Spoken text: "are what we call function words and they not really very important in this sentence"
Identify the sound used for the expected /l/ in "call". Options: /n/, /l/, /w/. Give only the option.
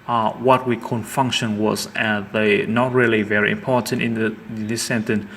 /n/